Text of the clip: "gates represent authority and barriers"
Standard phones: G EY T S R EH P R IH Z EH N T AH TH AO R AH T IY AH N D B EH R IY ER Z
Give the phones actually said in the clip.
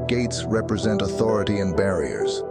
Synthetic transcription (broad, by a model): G EY T S R EH P R IH Z EH N T AH TH AO R AH T IY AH N B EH R IY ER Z